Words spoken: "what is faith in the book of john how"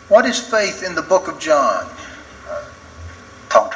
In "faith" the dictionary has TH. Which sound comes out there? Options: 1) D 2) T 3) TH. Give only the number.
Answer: 3